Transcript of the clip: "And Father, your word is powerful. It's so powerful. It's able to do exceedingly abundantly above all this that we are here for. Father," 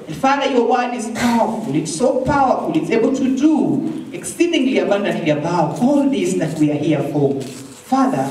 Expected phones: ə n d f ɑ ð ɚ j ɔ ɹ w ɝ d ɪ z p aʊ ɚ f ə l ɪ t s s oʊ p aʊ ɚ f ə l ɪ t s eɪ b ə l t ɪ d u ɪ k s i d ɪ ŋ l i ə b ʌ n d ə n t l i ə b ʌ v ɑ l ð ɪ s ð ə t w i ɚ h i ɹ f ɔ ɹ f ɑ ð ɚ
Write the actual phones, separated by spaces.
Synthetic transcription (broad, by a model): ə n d f ɑ ð ɚ j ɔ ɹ w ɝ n ɪ z p aʊ ɚ f ə l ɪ t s s oʊ p aʊ ɚ f ə l ɪ t s eɪ b ə l t ɪ d u ɪ k s i d ɪ ŋ l i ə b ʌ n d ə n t l i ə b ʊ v ɑ l ð ɪ s ð ə t w i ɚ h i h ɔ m f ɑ ð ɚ